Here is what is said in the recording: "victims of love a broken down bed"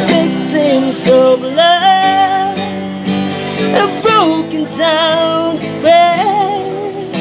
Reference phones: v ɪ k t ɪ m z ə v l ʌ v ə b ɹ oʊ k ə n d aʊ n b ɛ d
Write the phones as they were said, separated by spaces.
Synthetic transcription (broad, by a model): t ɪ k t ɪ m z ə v l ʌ ə b ɹ oʊ k ə n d aʊ n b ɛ